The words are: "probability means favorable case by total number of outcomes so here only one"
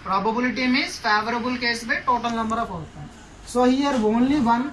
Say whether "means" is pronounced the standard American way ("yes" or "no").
no